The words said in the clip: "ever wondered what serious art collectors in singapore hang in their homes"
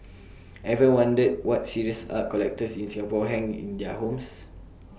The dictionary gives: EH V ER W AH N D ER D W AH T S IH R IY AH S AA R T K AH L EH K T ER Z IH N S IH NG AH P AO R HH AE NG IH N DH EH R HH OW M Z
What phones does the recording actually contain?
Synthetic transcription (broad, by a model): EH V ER W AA N D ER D W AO T S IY R IY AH S AA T K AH L EH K T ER S IH N S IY AH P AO HH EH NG IH N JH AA HH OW M S